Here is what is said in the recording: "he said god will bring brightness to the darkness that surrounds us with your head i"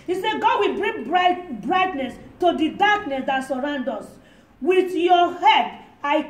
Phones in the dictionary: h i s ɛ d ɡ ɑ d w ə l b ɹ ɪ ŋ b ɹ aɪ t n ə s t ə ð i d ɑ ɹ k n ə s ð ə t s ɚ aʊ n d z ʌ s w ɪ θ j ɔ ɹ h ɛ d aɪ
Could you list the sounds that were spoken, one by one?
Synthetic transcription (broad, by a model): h i s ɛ ɡ ɑ d w ə l b ɹ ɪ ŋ b ɹ aɪ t n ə s t ə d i d ɑ k n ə s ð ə t s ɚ aʊ n d ɔ s w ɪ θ j ɔ h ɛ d aɪ